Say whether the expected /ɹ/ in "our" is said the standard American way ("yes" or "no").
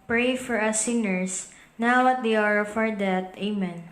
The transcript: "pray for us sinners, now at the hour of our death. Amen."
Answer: yes